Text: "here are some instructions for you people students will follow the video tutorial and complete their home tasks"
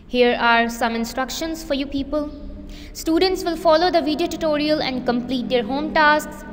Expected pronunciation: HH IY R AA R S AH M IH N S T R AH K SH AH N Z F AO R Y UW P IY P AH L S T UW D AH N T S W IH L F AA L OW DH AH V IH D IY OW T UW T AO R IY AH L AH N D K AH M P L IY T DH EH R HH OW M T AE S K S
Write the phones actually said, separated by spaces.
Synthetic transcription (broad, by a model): HH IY R AA R S AH M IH N S T R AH K SH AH N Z F AO R Y UW P IY P AH L S T UW D AH N T S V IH L F AA L OW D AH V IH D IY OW T UW T AO R IY AH L AH N D K AH M P L IY T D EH R HH OW M T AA S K S